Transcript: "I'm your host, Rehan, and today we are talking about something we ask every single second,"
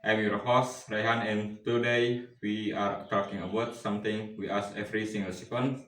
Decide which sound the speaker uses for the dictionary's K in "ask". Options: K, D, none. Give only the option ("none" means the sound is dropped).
none